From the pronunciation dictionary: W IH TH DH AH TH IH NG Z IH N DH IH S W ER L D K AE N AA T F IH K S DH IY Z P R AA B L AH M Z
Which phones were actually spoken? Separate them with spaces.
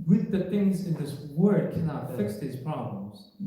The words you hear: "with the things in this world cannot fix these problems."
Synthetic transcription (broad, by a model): W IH DH AH TH IH NG Z IH N DH IH S W ER D K AE N AA T F IH K S DH IY Z P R AA B L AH M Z